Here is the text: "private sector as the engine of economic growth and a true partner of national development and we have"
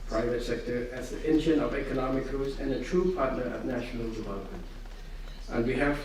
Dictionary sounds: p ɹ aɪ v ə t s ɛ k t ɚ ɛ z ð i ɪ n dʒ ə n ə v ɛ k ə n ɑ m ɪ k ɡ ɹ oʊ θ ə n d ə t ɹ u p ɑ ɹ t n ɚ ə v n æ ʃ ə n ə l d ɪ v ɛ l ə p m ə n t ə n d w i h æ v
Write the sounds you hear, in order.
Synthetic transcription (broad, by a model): p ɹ aɪ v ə t s ɛ k t ɚ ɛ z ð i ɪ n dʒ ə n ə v ɛ k ə n ɑ m ɪ k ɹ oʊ s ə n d ə t ɹ u p ɑ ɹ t n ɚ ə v n æ ʃ ə n ə l d ɪ v ɛ l ə p m ə n t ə n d w i h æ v